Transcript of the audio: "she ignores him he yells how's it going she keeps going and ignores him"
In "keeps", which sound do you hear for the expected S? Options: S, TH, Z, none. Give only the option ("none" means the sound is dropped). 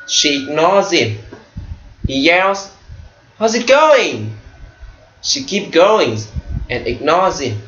none